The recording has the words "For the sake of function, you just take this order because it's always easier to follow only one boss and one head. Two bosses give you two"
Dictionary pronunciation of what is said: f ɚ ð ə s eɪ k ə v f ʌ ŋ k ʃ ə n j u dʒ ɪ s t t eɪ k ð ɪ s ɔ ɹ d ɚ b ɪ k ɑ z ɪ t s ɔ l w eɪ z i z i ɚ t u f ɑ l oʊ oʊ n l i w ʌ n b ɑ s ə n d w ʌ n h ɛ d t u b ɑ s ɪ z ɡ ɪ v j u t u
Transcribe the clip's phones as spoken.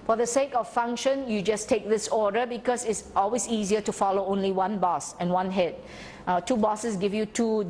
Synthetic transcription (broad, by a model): f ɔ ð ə s eɪ k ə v f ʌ ŋ k ʃ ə n j u dʒ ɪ s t t eɪ k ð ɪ s ɔ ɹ d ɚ b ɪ k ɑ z ɪ t s ɔ l w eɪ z i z i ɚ t u f ɑ l oʊ oʊ n l i w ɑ n b ɑ s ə n w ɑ n h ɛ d t u b ɑ s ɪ s ɡ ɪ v j u t u